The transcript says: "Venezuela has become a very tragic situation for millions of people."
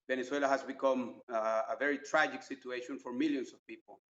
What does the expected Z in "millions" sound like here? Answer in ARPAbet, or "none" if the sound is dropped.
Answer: S